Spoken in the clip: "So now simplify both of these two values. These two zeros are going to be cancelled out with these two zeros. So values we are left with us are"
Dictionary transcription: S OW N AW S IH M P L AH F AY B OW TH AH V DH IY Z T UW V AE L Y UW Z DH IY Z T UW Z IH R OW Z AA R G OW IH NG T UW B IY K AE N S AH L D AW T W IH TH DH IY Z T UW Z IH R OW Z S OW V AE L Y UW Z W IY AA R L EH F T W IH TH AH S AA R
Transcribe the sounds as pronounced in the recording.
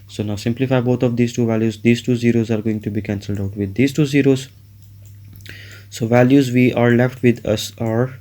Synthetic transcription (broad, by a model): S OW N AW S IH M P L AH F AY B OW T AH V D IY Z T UW V AE L Y UW Z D IY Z T UW Z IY R OW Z AA R G OW IH NG T UW B IY K AE N S AH L D AW T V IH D IY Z T UW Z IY R OW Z S OW V AE L Y UW Z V IY AA R L EH F T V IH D AH S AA R